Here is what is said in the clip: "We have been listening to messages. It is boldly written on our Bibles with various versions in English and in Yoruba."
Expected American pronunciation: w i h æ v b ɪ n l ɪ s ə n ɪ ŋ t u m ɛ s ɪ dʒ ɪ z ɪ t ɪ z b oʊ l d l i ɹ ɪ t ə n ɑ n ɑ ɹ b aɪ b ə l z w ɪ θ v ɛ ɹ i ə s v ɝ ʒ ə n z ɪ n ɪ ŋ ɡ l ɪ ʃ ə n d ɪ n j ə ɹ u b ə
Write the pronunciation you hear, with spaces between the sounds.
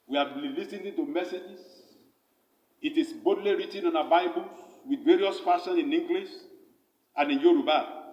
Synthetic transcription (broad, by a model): w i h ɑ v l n l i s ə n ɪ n t u m ɛ s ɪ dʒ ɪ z ɪ t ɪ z b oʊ d l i ɹ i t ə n ɑ n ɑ b aɪ b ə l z w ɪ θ v ɛ ɹ i ə s f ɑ ʃ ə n ɪ n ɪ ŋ ɡ l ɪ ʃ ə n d ɪ n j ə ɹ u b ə